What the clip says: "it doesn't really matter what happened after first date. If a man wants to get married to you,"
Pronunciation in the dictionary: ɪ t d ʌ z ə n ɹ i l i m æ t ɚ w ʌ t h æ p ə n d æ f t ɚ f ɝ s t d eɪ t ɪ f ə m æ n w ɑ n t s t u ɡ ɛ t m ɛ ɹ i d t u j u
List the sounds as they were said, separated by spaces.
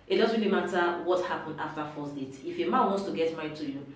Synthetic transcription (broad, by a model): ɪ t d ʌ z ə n ɹ i l i m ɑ t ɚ w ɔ t h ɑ p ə n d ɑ f t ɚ f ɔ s d eɪ t ɪ f ə m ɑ n w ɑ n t s t u ɡ ɛ t m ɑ i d t u j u